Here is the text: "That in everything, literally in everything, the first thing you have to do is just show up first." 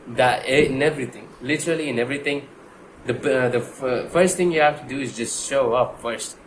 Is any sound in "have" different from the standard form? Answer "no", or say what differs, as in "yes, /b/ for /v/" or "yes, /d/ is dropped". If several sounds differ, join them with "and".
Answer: yes, /f/ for /v/